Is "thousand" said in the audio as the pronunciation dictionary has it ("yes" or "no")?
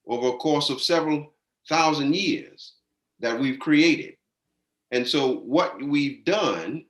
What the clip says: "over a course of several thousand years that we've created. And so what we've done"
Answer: yes